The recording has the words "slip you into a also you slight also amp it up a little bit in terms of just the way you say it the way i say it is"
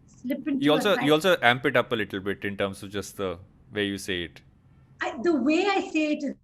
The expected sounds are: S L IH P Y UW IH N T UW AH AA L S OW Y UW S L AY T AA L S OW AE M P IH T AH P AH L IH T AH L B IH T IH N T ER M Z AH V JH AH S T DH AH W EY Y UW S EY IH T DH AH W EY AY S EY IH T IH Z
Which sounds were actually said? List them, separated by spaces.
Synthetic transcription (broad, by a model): S L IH P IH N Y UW AA L S OW Y UW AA L S OW AE M P IH T AH P AH L IH T L B IH T IH N T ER M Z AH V JH AH S T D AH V EY Y UW S EY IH T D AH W EY AY S EY IH T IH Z